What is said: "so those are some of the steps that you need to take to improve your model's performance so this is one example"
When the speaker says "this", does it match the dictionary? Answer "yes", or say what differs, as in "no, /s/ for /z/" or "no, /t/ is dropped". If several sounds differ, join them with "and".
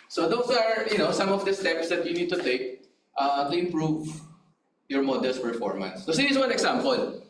no, /s/ is dropped